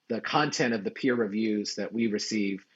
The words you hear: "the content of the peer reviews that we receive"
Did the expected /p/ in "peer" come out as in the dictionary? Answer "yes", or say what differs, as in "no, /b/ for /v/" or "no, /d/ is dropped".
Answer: yes